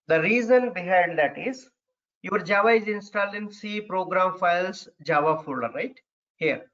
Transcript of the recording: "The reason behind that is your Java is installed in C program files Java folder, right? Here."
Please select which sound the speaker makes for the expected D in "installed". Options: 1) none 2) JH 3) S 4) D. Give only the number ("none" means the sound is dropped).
1